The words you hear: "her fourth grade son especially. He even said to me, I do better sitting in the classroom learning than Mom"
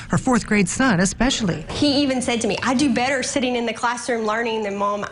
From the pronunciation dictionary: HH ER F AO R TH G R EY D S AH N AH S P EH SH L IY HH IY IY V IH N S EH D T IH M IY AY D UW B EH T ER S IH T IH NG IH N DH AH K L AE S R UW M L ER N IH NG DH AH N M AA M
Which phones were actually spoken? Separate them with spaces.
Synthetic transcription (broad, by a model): HH ER F AO R TH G R EY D S AH N AH S P EH SH L IY HH IY IY V IH N S EH D T IH M IY AY D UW B EH T ER S IH T IH NG IH N DH AH K L AE S R UW M L ER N IH NG DH AH N M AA M